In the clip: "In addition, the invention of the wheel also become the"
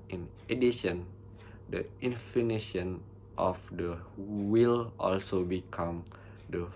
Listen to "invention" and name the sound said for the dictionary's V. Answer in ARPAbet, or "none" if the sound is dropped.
F